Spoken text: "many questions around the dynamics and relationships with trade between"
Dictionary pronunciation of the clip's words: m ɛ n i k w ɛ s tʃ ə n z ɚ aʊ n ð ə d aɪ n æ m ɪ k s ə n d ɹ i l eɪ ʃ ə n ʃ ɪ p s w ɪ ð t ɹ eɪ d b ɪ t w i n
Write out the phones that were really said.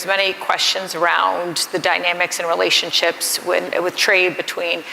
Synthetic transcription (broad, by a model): m ɛ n i k w ɛ s tʃ ə n z ɚ aʊ n ð ə d aɪ n æ m ɪ k s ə n ɹ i l eɪ ʃ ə n ʃ ɪ p s w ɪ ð t ɹ eɪ d b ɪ t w i n